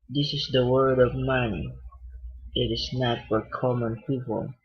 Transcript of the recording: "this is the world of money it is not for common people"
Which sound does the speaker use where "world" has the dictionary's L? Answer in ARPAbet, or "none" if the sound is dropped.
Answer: none